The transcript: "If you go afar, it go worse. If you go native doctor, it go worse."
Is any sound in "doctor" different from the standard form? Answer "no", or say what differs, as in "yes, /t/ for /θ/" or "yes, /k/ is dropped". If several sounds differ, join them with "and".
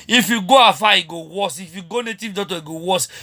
yes, /k/ is dropped